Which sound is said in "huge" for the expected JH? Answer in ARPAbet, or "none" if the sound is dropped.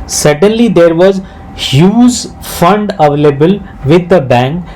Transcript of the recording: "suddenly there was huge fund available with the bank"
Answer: Z